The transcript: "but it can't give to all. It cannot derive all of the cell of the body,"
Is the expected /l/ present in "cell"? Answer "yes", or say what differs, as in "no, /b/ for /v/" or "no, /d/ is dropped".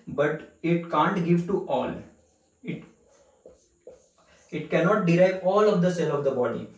no, /n/ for /l/